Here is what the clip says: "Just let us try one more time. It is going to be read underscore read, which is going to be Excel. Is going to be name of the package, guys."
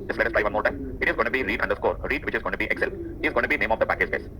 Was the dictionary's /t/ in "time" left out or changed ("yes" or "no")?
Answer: no